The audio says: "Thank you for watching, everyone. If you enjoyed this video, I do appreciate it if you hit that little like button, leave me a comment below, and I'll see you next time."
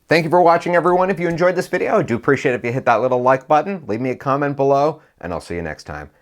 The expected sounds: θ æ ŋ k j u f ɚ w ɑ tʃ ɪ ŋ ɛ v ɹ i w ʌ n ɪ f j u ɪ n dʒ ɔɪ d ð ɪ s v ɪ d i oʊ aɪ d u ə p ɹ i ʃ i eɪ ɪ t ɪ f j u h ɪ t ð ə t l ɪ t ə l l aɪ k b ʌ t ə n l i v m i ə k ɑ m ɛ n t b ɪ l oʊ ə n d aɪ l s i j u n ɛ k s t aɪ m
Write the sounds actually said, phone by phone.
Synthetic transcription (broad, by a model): θ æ ŋ k j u f ɚ w ɑ tʃ ɪ ŋ ɛ v ɹ i w ʌ n ɪ f j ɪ ɪ n dʒ ɔɪ d ð ɪ s v ɪ d i oʊ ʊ d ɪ ə p ɹ i ʃ i eɪ ɪ t ɪ f j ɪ h ɪ t ð ə t l ɪ t l l aɪ k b ʌ t n l i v m i ə k ɑ m ɛ n t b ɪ l oʊ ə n aɪ l s i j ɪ n ɛ k s t aɪ m